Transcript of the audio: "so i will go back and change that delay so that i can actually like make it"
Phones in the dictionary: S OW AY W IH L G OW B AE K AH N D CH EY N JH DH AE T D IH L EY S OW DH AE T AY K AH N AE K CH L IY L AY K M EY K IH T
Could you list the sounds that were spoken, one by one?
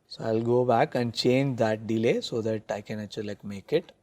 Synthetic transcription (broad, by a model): S OW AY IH L G OW B AE K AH N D CH EY N JH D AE T D IH L EY S OW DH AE T AY K AH N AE CH IY L AY K M EY K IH T